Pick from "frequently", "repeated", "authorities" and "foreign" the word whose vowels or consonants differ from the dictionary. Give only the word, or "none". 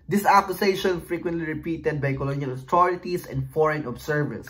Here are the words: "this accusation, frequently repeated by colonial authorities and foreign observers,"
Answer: authorities